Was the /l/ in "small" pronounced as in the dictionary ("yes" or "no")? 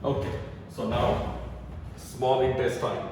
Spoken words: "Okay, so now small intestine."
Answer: no